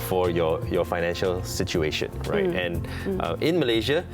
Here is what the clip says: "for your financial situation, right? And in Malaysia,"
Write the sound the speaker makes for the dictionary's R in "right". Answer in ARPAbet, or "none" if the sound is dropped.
R